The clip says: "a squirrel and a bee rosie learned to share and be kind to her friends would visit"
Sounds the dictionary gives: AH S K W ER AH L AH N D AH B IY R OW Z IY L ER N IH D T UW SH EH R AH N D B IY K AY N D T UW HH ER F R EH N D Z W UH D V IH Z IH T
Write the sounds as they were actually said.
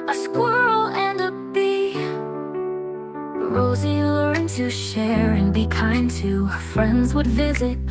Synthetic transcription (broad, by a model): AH S K W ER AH L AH N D AH B IY R OW Z IY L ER IH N T UW SH EH R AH N B IY K AY N T UW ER F R EH N D Z W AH D V IH Z IH T